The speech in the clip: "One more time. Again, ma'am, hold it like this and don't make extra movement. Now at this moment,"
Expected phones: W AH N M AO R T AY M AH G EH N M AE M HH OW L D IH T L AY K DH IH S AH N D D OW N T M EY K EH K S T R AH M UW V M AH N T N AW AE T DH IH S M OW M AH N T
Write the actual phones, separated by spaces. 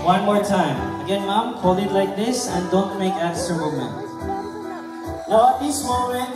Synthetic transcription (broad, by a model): W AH N M AO R T AY M AH G EH N M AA M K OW L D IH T L AY K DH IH S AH N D D OW N T M EY K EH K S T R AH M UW M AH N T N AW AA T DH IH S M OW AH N